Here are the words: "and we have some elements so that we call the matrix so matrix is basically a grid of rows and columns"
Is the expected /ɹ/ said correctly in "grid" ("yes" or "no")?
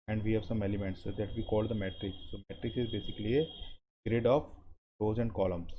yes